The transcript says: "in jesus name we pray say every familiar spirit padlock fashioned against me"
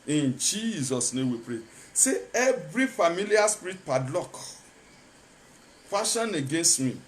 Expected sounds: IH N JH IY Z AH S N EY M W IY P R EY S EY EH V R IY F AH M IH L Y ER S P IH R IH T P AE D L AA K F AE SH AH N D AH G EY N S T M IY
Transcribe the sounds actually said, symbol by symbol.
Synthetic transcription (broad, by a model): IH N JH IY Z AH S N EY M W IY P R EY S EY EH V R IY F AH M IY L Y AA S P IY R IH T P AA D L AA K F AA SH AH N AH G EY N S T M IY